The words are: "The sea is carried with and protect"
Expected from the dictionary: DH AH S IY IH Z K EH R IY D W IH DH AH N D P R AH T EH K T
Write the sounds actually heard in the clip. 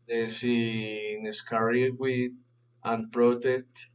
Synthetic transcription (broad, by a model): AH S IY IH S K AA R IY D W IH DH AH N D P R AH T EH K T